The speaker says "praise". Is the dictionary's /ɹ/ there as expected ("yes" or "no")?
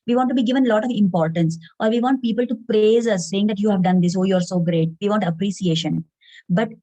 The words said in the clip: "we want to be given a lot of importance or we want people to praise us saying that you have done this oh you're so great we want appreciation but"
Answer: yes